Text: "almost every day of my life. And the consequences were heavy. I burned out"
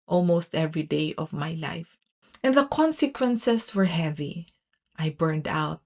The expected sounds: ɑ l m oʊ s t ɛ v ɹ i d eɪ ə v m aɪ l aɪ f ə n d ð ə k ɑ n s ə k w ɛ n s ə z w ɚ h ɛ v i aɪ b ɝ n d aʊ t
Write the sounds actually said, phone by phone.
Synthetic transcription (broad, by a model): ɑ l m oʊ s t ɛ v ɹ i d eɪ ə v m aɪ l aɪ f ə n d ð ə k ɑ n s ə k w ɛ n s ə s w ɚ h ɛ v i aɪ b ɝ n d aʊ t